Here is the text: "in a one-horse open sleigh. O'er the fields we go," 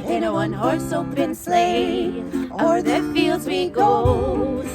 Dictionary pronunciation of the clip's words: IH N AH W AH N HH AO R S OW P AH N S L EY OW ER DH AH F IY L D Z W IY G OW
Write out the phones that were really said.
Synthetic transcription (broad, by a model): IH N AH W AH N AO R S OW B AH N S L EY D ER DH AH F IY L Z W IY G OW